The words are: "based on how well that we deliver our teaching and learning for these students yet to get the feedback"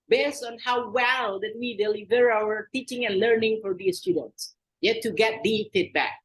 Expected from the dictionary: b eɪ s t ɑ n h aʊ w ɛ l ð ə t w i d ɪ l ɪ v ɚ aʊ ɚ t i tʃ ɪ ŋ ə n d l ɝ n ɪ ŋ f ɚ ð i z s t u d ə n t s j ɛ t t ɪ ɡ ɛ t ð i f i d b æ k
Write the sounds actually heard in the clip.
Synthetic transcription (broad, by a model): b eɪ s t n h aʊ w ɛ l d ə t w i d ɪ l ɪ v ɚ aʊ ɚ t i tʃ ɪ ŋ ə n l ɝ n ɪ ŋ f ɚ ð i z s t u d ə n t s j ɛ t t ɪ ɡ ɛ t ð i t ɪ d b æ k